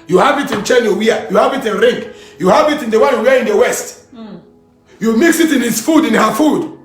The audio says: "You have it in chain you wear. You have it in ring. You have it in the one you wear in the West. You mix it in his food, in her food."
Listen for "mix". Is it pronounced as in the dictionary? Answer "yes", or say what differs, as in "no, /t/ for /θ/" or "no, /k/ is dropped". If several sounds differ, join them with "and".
yes